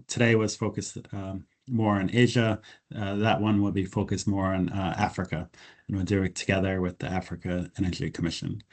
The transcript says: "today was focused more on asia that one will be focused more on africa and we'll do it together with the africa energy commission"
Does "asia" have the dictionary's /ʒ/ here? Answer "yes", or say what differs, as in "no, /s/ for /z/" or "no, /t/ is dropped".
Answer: yes